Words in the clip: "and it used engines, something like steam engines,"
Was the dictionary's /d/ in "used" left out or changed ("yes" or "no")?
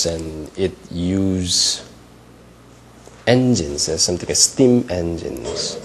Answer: yes